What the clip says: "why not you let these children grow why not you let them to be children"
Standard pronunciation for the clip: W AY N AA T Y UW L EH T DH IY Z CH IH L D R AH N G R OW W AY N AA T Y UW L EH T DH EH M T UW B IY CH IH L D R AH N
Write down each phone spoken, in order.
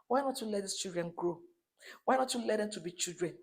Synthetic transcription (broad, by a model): W AY N AA T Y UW L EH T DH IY S CH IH L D R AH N G OW W AY N AA T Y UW L EH T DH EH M T UW B IY CH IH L D R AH N